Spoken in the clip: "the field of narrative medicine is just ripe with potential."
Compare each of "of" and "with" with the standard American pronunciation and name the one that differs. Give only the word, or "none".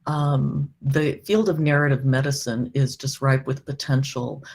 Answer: none